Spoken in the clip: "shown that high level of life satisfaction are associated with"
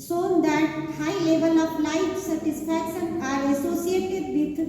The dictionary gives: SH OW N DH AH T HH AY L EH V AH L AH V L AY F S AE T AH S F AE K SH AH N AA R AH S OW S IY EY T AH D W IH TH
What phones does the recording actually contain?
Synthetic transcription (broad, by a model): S OW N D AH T HH AY L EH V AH L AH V L AY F S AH T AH S P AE K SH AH N AA R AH S OW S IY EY T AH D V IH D